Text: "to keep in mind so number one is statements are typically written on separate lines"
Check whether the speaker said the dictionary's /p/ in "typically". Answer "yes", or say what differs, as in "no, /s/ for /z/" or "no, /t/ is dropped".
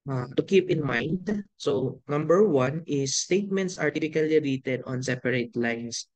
no, /f/ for /p/